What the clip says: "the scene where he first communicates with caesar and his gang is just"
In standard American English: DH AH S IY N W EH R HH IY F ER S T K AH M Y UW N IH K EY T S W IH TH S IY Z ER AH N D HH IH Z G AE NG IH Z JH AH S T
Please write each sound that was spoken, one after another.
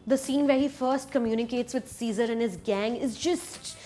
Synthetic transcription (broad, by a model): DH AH S IY N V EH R HH IY F ER S T K AH M Y UW N IH K EY T S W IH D S IY Z ER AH N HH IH Z G AE NG IH Z JH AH S T